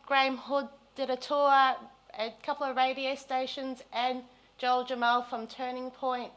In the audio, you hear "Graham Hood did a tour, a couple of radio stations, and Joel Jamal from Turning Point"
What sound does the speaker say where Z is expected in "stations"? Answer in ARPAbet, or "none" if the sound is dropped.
Z